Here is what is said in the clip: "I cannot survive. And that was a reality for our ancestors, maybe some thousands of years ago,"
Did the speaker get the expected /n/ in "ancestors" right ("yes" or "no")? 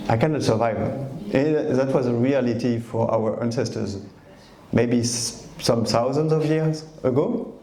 yes